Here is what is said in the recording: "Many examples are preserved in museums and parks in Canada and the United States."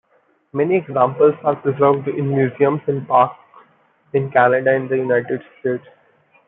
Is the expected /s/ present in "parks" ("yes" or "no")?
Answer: no